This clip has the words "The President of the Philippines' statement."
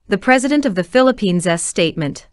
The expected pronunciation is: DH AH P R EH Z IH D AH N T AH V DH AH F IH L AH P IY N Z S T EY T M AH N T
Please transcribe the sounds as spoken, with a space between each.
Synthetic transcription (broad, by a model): DH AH P R EH Z IH D AH N T AH V DH AH F IH L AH P IY N Z S T EY T M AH N T